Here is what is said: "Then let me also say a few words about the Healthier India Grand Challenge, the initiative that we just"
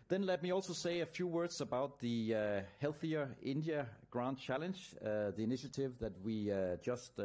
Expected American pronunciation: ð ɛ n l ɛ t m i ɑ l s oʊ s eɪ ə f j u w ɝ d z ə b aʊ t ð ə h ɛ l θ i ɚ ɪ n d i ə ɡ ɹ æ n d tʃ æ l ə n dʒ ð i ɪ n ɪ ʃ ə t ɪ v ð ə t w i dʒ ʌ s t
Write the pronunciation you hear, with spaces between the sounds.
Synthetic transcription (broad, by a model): ð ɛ n l ɛ t m i ɑ l s oʊ s eɪ ə f j u w ɝ d z ə b aʊ t ð ə h ɛ l θ i ɚ ɪ n d i ə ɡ ɹ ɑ n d tʃ æ l ə n dʒ ð i ɪ n ɪ ʃ ə t ɪ v ð ə t w i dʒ ʌ s t